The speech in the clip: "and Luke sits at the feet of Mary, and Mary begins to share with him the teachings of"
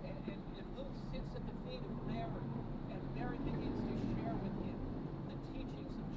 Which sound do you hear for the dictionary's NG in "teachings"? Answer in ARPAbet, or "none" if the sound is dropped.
NG